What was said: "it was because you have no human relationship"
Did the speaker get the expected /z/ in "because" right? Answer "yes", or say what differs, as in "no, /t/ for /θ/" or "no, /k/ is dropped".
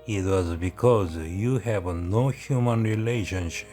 yes